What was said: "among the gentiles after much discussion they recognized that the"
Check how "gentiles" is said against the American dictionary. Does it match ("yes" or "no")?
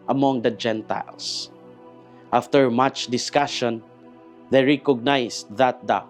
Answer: no